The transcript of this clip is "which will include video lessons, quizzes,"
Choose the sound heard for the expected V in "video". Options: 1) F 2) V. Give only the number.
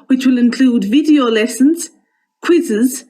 2